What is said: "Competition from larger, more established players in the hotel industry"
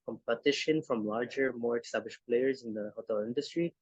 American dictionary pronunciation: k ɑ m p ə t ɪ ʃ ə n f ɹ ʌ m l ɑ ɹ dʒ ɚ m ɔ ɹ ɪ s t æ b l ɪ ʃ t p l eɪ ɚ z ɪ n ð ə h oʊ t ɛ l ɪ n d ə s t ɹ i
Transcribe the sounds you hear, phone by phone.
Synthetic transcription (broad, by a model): k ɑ m p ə t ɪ ʃ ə n f ɹ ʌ m l ɑ ɹ dʒ ɚ m ɔ ɹ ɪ s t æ b l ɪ ʃ p l eɪ ɚ z ɪ n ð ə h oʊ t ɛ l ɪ n d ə s t ɹ i